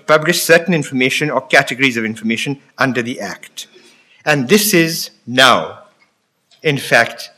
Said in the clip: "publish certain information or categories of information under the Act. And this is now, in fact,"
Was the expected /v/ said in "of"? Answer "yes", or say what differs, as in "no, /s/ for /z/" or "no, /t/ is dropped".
yes